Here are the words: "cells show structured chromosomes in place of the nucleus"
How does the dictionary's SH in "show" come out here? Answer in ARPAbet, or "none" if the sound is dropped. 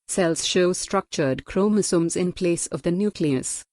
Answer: SH